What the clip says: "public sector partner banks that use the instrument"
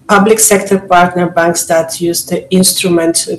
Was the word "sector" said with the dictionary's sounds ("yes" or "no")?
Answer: yes